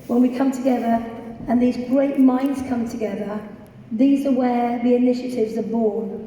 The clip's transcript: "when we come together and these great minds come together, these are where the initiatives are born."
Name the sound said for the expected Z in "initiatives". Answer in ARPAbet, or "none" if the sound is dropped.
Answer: Z